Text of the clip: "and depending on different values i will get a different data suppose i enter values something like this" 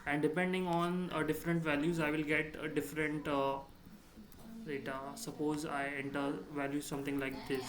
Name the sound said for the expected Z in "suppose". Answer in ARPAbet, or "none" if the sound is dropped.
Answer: Z